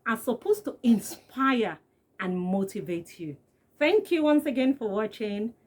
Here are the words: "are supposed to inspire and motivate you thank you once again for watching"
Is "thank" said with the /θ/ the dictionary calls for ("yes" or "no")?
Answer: yes